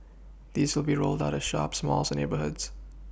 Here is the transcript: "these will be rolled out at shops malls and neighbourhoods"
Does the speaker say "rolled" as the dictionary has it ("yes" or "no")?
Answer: yes